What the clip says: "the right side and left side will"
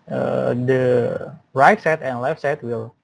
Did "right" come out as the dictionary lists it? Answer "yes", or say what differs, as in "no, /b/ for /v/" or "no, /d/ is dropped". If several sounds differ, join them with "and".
yes